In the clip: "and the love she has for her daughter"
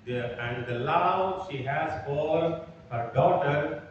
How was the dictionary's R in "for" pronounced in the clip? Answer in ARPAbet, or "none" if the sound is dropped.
L